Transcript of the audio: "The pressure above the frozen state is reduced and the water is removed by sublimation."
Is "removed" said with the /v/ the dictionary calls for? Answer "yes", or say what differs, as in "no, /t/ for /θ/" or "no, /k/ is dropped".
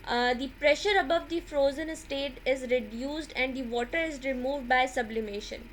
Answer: yes